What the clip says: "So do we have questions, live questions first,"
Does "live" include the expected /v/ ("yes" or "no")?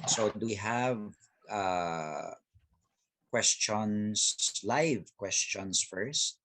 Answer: yes